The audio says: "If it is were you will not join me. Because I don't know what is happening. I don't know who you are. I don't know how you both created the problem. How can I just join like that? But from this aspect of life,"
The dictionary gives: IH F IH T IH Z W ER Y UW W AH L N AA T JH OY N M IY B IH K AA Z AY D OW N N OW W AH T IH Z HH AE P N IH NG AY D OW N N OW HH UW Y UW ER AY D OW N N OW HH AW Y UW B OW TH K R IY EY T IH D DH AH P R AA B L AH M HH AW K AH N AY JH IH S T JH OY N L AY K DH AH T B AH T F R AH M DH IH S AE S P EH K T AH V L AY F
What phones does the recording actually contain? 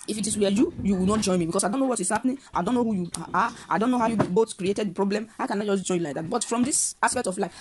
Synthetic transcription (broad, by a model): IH F IH T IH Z W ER Y UW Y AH W N AA T JH OY N M IY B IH K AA S AY D OW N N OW W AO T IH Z HH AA P N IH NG AY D OW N N OW HH UW Y UW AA AY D OW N N OW HH AW Y UW B OW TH K R IY EY T IH D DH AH P R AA B L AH M HH AW K AH N AY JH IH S JH OY N L AY K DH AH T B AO T F R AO M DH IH S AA S P EH K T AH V L AY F